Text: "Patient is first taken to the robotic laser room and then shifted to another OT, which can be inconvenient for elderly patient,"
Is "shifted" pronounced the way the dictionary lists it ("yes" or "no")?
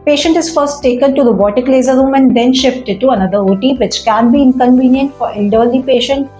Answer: yes